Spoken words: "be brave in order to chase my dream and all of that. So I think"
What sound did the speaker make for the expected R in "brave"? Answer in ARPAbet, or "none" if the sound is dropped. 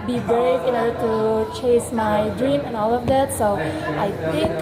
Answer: none